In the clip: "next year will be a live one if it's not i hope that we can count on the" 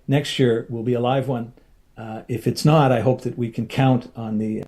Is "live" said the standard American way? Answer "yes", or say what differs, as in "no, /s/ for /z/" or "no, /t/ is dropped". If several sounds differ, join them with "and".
yes